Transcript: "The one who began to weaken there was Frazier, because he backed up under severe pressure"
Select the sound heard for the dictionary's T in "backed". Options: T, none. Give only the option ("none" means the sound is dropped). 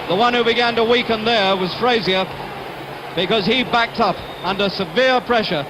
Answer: T